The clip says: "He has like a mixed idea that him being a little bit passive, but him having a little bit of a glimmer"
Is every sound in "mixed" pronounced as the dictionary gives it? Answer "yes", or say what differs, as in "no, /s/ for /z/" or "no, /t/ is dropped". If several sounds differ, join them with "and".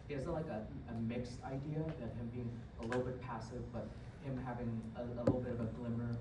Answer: yes